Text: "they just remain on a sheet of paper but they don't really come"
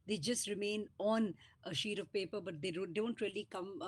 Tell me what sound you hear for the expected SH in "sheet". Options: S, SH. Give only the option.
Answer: SH